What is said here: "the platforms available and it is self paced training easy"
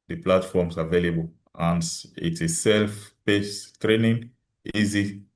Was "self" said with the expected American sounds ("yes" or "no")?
yes